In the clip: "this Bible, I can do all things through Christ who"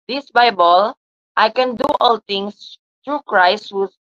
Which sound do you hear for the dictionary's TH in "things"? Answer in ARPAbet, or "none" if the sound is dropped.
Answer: T